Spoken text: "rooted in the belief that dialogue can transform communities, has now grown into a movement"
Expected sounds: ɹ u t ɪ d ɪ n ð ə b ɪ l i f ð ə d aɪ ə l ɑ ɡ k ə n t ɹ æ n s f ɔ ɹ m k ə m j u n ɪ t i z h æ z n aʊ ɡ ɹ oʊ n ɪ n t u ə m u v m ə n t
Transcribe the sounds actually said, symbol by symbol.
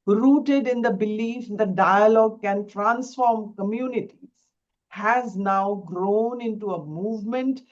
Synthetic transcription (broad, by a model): ɹ u t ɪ d ɪ n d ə b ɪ l i f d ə d aɪ ə l ɑ ɡ k ə n t ɹ æ n s f ɔ ɹ m k ə m j u n ɪ t i z h æ z n aʊ ɡ ɹ oʊ n ɪ n t u ə m u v m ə n t